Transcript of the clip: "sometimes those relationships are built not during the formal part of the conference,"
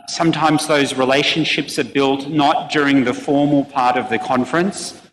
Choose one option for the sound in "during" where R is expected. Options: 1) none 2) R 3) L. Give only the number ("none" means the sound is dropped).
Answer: 2